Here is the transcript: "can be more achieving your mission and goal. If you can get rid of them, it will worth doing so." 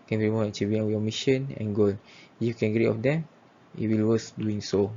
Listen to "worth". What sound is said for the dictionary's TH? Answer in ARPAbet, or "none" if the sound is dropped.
S